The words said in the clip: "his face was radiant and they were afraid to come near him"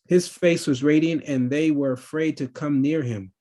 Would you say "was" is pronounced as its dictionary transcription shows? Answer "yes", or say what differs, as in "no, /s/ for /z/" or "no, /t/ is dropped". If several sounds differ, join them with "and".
yes